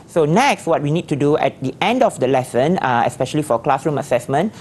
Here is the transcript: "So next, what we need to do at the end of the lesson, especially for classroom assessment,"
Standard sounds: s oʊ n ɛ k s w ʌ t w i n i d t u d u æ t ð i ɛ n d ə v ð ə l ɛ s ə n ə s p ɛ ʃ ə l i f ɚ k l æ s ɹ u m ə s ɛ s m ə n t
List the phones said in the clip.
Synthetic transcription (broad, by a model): s oʊ n ɛ k s w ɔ t w i n i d t u d u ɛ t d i ɛ n d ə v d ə l ɛ s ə n ə s p ɛ ʃ ə l i f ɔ k l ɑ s ɹ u m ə s ɛ s m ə n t